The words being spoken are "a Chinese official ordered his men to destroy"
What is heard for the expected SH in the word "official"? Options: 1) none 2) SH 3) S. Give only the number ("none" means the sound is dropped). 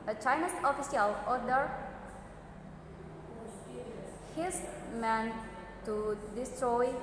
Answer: 3